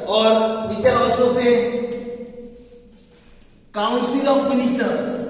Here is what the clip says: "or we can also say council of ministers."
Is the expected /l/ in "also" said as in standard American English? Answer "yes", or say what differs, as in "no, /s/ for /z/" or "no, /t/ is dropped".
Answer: no, /l/ is dropped